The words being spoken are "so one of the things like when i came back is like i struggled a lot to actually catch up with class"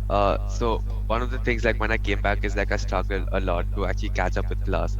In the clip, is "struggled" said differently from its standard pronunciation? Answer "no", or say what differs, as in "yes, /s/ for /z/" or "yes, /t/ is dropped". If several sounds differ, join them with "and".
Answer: yes, /d/ is dropped